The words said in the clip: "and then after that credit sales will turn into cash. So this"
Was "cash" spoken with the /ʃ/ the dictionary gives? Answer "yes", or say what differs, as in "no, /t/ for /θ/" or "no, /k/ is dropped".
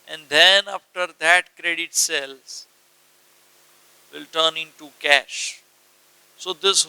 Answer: yes